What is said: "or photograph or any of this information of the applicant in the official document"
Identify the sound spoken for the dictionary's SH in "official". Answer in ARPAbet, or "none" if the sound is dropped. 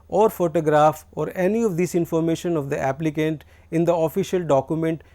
SH